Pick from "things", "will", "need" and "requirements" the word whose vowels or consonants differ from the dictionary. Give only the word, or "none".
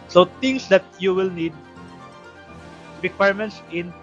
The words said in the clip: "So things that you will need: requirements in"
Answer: things